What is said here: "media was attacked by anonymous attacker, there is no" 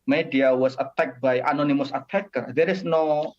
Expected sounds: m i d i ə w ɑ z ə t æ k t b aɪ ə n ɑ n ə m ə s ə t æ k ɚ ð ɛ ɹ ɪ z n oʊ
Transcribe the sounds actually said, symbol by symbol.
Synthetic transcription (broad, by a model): m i d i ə w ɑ s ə t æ k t b aɪ ə n ɑ n ə m ə s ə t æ k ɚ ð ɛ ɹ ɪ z n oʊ